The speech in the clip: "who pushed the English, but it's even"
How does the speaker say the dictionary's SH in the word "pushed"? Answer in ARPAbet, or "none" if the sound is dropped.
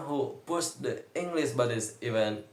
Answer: S